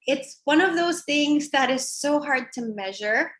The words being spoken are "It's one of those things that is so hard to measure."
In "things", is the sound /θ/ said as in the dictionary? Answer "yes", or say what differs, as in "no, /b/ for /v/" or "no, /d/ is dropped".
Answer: yes